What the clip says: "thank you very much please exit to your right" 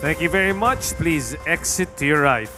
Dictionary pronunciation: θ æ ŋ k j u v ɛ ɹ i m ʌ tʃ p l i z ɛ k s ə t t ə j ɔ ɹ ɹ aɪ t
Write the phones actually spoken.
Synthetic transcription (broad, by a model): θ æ ŋ k j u v ɛ ɹ i m ʌ tʃ p l i z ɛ k s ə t t j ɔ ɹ ɹ aɪ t